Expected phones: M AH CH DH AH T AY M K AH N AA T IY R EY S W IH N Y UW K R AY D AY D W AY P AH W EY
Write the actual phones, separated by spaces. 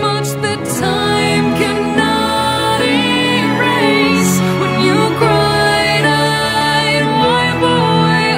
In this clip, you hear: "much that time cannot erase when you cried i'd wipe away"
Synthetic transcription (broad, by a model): M AH CH DH AH T AY M K AH N AA T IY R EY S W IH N Y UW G R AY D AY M AY B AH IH